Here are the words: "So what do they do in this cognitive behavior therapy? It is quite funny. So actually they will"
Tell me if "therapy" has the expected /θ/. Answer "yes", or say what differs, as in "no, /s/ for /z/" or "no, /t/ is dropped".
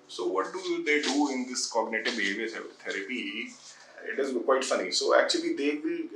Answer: no, /t/ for /θ/